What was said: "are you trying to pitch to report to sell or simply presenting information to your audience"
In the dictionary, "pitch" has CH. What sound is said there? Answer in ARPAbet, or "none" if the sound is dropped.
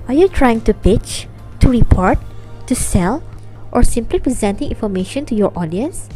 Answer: CH